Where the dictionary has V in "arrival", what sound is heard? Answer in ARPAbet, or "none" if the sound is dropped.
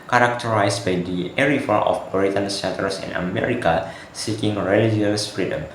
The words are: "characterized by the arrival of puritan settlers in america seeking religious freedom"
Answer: F